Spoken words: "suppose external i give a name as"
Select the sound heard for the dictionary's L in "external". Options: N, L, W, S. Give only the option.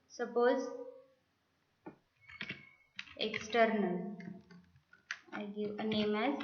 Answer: L